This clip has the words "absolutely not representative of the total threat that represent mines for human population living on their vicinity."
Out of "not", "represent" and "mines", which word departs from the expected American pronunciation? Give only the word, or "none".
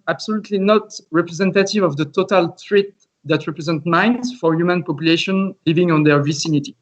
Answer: none